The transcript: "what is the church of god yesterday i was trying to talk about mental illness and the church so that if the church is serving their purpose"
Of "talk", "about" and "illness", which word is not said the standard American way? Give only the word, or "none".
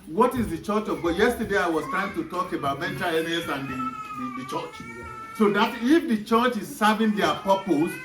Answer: illness